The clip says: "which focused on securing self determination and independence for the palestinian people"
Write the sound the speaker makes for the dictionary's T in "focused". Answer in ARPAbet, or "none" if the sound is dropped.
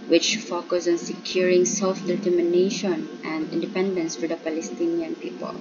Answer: none